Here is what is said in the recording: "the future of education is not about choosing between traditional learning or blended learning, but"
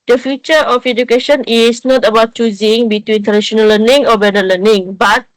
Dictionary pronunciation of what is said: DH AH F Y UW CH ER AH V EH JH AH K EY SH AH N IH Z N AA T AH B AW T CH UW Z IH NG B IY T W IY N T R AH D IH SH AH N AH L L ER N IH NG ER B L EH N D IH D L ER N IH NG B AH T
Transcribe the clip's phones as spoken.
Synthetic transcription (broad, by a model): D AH F Y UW CH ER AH F EH JH AH K EY SH AH N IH S N AA T AH B AW T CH UW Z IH NG B IY T W IY N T AH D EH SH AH N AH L L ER N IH NG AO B EH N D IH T L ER N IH NG B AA T